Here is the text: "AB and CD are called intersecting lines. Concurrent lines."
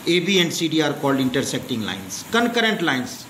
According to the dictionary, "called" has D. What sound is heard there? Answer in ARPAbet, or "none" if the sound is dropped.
D